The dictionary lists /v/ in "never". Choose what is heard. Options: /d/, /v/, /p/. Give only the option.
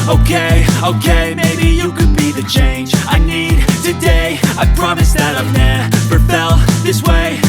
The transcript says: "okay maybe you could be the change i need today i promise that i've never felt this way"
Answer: /p/